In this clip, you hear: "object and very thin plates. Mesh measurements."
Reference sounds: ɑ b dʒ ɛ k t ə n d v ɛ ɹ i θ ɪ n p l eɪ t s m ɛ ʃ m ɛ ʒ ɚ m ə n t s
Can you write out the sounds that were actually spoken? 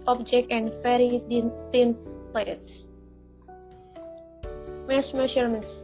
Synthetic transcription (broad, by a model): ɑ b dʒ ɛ k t ə n d f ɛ ɹ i t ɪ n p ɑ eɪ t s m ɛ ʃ m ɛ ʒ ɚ m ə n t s